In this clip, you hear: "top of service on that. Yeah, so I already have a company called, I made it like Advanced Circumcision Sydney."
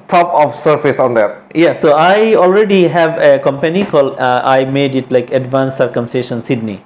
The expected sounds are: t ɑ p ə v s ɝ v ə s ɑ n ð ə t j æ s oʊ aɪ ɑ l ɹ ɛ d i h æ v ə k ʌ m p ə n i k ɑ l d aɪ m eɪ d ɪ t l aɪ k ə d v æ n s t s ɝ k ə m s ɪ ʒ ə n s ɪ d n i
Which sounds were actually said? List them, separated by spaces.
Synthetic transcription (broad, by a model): t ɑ p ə f s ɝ f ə s ɑ n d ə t j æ s oʊ aɪ ɑ l ɹ ɛ d i h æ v ə k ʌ m p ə n i k ɑ l d aɪ m eɪ d ɪ t l aɪ k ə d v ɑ n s s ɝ k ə m s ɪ ʃ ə n s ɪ d n i